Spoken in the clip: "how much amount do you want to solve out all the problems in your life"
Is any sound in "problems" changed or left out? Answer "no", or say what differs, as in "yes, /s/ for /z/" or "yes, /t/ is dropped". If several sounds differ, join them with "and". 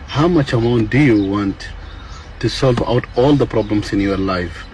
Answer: yes, /s/ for /z/